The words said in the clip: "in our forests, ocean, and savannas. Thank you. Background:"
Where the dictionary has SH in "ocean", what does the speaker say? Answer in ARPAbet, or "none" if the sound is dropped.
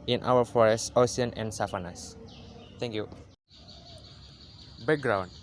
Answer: none